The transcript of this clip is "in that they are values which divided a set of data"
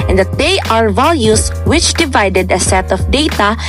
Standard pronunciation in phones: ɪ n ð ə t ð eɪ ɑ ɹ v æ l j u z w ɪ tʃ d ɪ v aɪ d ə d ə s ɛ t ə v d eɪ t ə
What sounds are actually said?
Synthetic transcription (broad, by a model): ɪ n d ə t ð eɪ ɑ ɹ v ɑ l j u s w ɪ tʃ d ɪ v aɪ d ə d ə s ɛ t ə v d eɪ t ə